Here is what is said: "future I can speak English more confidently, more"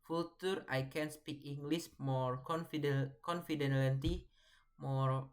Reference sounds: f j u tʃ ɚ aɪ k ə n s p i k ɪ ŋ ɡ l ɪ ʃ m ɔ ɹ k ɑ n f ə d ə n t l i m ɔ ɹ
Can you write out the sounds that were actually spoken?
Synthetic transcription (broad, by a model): f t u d aɪ k ə n s p i k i ŋ ɡ l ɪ s m ɔ ɹ k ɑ n f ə d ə n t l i m ɔ ɹ